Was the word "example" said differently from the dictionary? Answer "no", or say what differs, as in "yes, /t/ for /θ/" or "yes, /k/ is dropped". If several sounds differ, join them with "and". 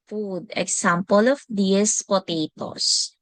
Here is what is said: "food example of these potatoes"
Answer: yes, /s/ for /z/